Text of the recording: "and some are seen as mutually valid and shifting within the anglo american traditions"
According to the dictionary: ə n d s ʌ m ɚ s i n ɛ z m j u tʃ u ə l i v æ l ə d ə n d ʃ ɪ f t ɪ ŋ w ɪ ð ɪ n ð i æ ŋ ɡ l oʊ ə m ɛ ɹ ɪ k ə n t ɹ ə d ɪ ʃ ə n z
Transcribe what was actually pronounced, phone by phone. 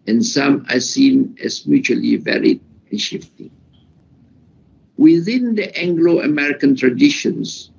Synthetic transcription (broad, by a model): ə n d s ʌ m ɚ s i n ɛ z m j u tʃ u ə l i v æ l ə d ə n ʃ ɪ f t ɪ ŋ w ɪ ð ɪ n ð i æ ŋ ɡ l oʊ ə m ɛ ɹ ɪ k ə n t ɹ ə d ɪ ʃ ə n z